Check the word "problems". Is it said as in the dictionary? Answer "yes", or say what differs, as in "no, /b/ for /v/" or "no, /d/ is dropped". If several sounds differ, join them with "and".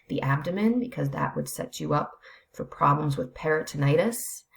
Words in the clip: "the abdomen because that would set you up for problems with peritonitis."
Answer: yes